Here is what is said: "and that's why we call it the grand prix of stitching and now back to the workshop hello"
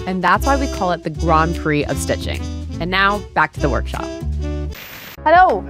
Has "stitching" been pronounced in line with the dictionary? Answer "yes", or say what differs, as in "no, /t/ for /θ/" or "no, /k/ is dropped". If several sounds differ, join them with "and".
yes